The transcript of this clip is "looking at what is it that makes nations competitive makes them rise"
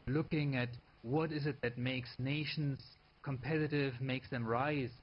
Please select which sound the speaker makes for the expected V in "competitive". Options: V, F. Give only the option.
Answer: V